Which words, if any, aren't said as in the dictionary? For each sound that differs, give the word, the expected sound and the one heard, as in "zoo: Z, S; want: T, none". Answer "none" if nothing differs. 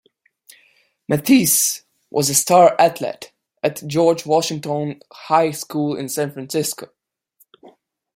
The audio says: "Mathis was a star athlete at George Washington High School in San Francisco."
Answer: athlete: TH, T